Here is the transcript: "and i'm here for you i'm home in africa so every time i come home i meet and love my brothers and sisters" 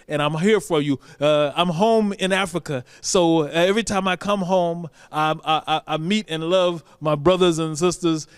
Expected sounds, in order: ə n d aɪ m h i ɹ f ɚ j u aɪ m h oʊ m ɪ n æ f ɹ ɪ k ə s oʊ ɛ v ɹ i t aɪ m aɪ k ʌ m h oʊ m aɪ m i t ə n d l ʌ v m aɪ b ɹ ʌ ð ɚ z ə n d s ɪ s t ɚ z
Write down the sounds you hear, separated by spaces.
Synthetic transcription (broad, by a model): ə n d aɪ m h i ɹ f ɚ j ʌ aɪ m h oʊ m ɪ n æ f ɹ ɪ k ə s oʊ ɛ v ɹ i t aɪ m aɪ k ʌ m h oʊ m aɪ m i t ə n l ʌ v m aɪ b ɹ ʌ ð ɚ z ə n s ɪ s t ɚ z